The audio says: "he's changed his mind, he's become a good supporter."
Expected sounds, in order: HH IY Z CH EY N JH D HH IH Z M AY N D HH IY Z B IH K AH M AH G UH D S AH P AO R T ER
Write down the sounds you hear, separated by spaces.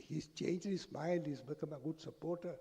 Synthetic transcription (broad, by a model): HH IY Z CH EY N JH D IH S M AY L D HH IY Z B IH K AH M AH G UH D S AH P AO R T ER